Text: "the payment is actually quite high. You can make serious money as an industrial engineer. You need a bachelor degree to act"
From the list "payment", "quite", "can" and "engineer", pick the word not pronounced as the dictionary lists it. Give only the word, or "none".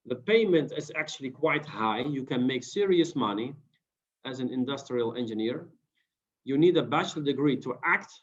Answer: none